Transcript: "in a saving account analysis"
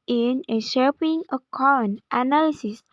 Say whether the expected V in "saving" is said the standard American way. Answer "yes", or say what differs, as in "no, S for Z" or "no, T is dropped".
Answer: no, P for V